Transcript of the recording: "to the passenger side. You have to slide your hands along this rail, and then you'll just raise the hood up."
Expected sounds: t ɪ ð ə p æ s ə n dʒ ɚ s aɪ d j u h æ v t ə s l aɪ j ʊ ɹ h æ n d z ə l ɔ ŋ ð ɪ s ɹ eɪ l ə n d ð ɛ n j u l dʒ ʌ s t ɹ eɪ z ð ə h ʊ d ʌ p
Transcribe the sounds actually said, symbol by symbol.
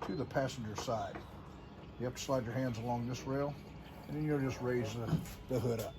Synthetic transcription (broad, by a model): t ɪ ð ə p æ s n dʒ ɚ s aɪ d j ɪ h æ p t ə s l aɪ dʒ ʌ ɹ h æ n d z ə l ɔ ŋ ð ɪ s ɹ eɪ l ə n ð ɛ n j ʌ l dʒ ʌ s t ɹ eɪ z ð ə h ʊ d ʌ p